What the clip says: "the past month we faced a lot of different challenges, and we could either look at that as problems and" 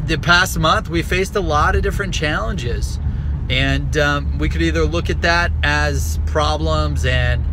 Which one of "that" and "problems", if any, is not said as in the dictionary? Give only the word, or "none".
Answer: none